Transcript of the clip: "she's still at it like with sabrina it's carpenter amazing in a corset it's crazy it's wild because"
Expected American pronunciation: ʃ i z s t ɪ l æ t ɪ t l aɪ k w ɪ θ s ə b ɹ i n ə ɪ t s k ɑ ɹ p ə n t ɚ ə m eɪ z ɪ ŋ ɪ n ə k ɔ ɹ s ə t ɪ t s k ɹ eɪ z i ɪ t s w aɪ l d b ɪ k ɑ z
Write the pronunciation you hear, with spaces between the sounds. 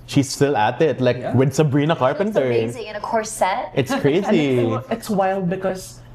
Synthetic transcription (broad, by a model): ʃ i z s t ɪ l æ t ɪ t l aɪ k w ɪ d s ə b ɹ i n ə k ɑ ɹ p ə n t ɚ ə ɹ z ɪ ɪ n ə k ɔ ɹ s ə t ɪ t s k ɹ eɪ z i ɪ t s w aɪ l d b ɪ k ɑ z